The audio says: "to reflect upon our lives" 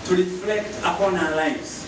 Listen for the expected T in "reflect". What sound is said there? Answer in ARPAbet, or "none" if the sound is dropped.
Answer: T